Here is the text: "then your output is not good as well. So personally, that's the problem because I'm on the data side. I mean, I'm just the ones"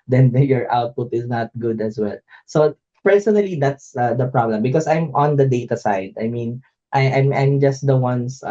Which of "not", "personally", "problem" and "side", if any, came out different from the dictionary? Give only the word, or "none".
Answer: none